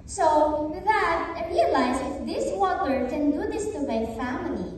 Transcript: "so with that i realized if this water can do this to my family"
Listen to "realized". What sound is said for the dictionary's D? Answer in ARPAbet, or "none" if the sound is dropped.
none